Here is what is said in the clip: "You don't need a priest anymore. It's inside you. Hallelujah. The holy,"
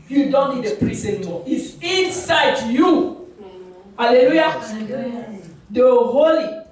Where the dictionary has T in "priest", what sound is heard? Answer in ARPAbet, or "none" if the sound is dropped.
none